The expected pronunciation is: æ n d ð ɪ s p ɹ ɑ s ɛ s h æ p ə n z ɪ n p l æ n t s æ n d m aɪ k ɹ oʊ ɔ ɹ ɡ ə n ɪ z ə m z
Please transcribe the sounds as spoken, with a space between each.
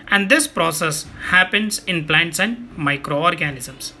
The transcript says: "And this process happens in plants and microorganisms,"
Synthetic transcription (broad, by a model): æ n d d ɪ s p ɹ ɑ s ɛ s h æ p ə n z ɪ n p l æ n t s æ n d m aɪ k ɹ oʊ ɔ ɹ ɡ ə n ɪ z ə m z